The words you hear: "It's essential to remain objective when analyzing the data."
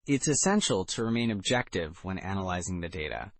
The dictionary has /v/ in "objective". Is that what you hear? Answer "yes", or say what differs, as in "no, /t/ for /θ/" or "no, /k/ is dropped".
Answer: yes